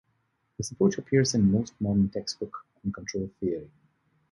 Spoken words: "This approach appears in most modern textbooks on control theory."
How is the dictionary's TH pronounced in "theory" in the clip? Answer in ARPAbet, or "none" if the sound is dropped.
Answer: TH